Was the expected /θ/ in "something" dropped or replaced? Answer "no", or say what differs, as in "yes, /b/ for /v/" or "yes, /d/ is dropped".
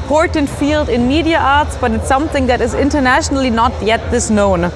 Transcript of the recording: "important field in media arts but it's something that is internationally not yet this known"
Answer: no